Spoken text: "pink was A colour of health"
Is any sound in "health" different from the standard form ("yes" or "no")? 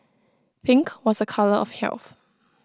no